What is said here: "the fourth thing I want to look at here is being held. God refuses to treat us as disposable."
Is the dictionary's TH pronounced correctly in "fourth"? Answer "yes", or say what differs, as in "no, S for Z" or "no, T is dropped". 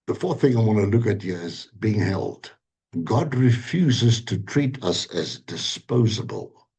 yes